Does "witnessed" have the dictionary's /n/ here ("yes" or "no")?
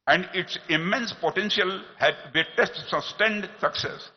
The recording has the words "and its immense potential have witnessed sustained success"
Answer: no